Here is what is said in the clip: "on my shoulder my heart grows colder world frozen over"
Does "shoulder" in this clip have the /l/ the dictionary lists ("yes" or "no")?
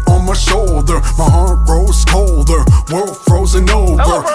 yes